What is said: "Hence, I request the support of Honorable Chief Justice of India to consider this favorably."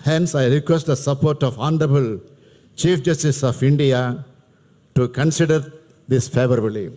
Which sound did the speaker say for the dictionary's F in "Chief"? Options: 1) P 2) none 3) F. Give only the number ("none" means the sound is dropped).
3